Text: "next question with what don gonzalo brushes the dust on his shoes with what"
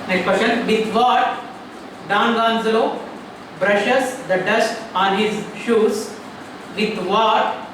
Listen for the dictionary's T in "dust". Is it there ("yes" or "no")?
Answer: yes